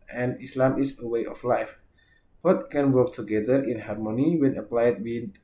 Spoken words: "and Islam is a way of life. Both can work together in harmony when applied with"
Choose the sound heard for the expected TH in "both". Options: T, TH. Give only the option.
T